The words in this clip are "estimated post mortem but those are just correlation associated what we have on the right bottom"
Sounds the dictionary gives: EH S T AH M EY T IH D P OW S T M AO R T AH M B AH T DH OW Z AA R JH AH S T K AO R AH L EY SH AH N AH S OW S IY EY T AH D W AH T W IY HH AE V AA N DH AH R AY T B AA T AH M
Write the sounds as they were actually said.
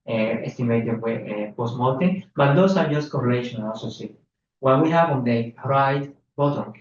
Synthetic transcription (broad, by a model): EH S T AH M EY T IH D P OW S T M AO L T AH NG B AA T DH OW S AA R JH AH S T K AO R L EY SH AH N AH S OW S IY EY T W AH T W IY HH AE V AA N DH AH R AY T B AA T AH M